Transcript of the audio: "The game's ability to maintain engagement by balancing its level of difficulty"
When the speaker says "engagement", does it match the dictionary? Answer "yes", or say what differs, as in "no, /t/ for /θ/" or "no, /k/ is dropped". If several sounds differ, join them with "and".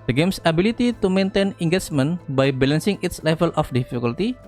no, /tʃ/ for /dʒ/